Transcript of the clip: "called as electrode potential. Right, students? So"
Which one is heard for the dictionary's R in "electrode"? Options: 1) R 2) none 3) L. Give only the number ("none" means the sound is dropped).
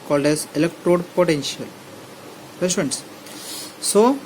1